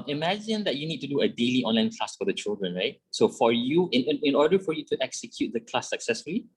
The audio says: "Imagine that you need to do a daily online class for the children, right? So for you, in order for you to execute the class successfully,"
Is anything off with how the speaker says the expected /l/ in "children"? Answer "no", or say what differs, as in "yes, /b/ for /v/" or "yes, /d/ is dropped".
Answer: no